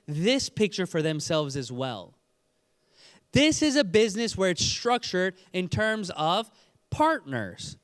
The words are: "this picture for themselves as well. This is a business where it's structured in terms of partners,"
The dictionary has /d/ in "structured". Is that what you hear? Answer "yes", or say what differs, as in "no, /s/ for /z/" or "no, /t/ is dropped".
yes